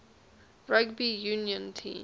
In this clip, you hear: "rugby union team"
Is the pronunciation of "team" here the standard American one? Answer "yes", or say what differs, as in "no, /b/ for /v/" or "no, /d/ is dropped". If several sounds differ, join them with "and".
no, /m/ is dropped